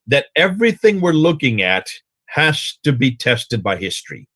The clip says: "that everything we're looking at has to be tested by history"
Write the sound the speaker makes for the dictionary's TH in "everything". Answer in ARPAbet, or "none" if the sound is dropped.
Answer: TH